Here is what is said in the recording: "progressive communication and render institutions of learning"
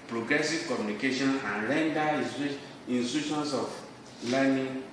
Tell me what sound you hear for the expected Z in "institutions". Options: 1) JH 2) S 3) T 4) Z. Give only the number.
2